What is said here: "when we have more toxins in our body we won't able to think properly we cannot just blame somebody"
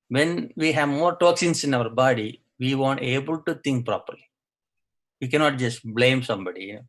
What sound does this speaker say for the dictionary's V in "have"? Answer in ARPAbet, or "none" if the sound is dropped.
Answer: V